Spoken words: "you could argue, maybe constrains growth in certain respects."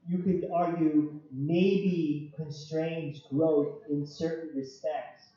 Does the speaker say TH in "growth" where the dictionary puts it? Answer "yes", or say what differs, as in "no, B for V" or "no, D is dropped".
yes